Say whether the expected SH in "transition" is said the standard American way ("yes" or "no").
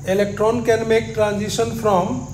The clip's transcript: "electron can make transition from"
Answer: no